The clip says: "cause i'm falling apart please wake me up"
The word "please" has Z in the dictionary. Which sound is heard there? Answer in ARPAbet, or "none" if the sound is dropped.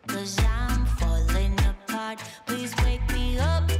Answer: Z